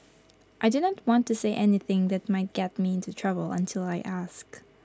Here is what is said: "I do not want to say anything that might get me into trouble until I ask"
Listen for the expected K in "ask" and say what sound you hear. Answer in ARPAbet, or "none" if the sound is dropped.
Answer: K